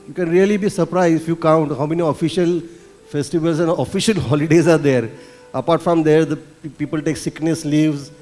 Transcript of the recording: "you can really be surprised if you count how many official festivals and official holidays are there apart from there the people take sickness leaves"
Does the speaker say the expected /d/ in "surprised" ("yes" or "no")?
no